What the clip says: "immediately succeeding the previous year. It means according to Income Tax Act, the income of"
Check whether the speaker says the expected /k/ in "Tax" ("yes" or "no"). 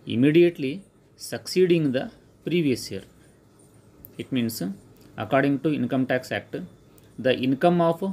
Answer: yes